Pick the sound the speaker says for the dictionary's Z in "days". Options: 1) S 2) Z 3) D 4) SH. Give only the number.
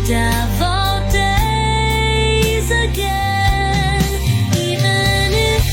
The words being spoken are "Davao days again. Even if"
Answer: 2